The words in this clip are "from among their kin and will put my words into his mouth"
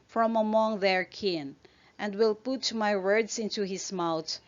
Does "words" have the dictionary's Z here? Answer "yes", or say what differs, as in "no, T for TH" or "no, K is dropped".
no, S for Z